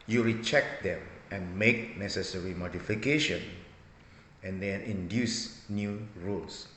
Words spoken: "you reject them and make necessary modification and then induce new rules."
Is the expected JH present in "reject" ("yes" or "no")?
no